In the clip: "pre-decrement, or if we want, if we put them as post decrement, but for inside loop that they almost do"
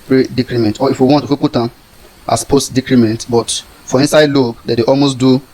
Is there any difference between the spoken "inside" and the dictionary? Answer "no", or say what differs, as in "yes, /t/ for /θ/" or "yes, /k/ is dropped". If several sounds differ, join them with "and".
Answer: no